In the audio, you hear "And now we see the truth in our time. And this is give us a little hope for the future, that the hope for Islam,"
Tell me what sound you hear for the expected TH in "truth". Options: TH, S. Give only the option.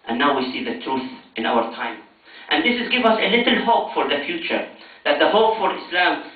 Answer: TH